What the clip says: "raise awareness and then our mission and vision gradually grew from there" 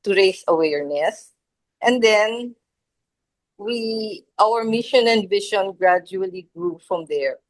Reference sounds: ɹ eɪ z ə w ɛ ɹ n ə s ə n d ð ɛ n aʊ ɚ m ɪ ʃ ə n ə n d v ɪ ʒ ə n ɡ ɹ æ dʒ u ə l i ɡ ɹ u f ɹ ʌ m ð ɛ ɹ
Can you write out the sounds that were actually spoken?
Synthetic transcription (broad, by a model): ɹ eɪ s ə w ɛ ɹ n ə s ə n d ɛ n aʊ ɚ m ɪ ʃ ə n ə n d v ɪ ʃ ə n ɡ ɹ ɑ dʒ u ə l i ɡ ɹ u f ɹ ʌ m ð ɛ ɹ